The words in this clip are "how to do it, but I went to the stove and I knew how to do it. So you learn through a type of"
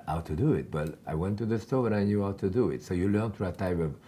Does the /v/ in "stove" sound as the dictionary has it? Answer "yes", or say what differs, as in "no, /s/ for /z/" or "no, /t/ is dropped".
no, /b/ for /v/